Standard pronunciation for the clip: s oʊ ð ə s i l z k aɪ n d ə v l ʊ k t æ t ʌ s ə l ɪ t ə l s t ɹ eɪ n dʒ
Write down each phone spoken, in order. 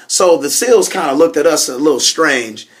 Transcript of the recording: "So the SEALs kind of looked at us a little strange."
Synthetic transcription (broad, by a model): s oʊ ð ə s i l z k aɪ n d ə l ʊ k t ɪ t ʌ s ə l ɪ t l s t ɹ eɪ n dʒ